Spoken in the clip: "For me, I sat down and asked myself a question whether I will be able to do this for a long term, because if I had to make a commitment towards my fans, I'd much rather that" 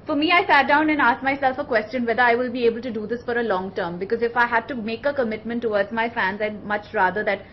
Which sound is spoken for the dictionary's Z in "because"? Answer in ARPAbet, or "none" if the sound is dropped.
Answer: Z